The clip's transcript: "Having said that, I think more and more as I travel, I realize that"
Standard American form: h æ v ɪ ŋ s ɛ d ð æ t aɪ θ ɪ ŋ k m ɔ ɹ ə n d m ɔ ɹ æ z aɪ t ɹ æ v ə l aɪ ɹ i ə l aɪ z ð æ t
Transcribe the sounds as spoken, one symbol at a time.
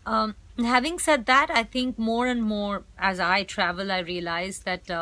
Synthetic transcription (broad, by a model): h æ v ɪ ŋ s ɛ d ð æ t aɪ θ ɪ ŋ k m ɔ ɹ ə n d m ɔ ɹ æ z aɪ t ɹ æ v ə l aɪ ɹ i ə l aɪ z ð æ t